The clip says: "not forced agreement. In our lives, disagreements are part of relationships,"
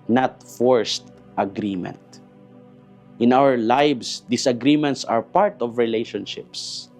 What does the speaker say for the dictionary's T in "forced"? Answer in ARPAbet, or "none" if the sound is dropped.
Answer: T